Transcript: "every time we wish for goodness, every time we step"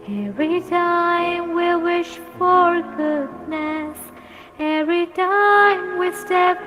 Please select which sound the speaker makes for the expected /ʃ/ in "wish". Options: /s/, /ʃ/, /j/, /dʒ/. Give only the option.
/ʃ/